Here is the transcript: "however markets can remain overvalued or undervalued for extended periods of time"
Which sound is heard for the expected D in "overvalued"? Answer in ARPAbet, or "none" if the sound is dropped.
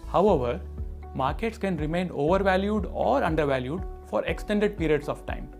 D